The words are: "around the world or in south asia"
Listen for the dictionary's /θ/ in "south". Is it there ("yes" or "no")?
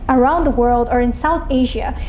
yes